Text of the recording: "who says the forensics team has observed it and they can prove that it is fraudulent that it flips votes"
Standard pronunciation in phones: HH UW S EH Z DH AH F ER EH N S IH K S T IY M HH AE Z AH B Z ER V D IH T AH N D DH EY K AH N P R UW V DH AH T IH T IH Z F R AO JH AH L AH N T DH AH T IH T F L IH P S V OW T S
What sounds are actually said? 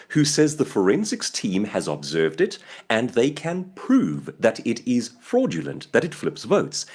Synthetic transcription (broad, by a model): HH UW S EH Z DH AH F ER EH N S IH K S T IY M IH Z AH B Z ER V D IH T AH N DH EY K AH N P R UW V DH AH T IH T IH Z F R AO JH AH L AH N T DH AH T IH T F L IH P S V OW T S